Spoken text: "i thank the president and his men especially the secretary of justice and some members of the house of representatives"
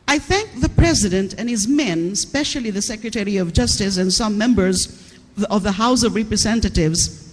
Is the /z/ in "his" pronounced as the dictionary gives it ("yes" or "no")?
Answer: yes